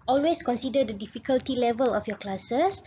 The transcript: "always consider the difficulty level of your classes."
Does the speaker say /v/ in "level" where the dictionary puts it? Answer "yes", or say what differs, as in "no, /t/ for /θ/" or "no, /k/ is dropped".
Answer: yes